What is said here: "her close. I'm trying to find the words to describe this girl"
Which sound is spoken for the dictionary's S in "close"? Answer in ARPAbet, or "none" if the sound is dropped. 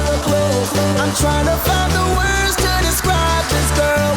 none